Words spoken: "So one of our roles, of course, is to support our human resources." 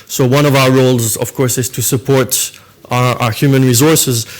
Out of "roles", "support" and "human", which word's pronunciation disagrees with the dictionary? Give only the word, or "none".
none